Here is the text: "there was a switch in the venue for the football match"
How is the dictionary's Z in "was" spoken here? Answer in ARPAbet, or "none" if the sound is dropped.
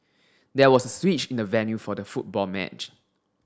S